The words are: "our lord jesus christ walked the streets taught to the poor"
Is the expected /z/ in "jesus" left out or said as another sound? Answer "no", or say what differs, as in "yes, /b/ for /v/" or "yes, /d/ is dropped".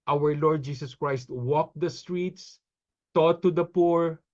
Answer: yes, /s/ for /z/